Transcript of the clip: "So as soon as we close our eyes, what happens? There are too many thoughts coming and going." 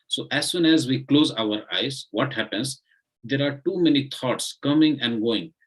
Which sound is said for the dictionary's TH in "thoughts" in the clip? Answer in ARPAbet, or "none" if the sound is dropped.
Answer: T